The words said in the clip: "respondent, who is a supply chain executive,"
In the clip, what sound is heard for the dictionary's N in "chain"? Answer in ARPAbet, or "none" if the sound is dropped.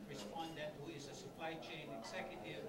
N